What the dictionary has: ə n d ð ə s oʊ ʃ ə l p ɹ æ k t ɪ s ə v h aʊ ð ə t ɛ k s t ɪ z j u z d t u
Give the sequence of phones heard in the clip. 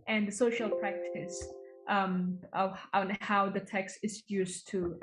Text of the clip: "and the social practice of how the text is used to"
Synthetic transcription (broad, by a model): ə n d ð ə s oʊ ʃ ə l p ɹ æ k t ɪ s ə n h aʊ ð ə t ɛ k s t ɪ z j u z t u